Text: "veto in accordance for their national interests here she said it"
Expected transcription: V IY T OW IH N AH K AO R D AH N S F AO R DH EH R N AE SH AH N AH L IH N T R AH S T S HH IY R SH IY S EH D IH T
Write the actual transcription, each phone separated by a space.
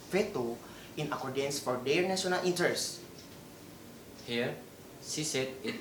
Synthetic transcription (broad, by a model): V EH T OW IH N AH K AO R D AH N S F AO R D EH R N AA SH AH N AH L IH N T AH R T S HH IY R S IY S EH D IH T